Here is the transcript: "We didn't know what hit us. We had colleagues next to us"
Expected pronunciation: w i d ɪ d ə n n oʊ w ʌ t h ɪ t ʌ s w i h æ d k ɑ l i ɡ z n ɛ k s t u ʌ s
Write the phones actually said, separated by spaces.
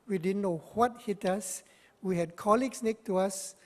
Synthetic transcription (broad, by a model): w i d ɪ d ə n n oʊ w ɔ t h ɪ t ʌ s w i h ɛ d k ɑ l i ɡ s n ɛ k t u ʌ s